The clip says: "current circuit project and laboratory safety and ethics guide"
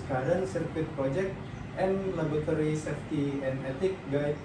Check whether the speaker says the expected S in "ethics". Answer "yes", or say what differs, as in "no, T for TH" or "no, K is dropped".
no, S is dropped